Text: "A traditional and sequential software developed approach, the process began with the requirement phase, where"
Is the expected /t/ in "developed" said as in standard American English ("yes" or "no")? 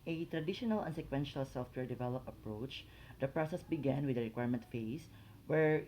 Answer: no